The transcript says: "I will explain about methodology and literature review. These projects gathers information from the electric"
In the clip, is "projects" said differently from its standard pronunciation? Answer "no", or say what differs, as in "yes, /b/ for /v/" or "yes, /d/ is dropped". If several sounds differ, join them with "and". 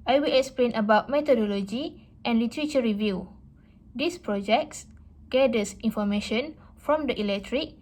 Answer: no